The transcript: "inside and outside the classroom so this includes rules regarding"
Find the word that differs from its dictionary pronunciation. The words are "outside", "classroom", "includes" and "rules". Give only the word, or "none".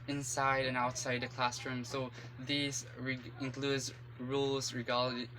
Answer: none